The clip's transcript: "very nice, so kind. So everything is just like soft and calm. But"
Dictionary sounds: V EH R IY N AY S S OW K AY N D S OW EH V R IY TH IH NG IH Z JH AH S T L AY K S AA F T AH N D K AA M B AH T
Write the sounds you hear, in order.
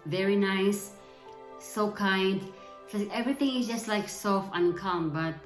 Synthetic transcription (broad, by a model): V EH R IY N AY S S OW K AY N D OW EH V R IY TH IH NG IH Z JH AH S T L AY K S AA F AH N K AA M B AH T